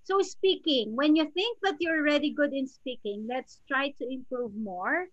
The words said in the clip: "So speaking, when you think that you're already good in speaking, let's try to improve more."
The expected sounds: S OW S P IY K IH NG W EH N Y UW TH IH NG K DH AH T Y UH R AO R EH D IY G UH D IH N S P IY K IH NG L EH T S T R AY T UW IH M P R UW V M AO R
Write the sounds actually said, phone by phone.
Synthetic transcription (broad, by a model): S OW S P IY K IH NG W EH N Y UW TH IH NG K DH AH T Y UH AO R EH D IY G UH D IH N S P IY K IH NG L EH T S T R AY T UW IH M P R UW V M AO R